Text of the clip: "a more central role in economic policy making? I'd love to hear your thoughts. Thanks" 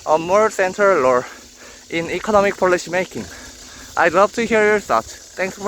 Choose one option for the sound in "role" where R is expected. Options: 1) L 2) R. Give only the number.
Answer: 1